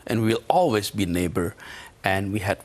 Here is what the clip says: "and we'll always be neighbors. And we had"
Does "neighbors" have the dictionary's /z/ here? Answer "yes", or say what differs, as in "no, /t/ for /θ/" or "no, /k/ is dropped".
no, /z/ is dropped